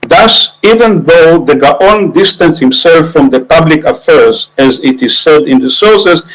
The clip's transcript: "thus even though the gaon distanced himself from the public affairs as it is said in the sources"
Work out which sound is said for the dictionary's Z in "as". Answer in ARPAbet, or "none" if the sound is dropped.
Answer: Z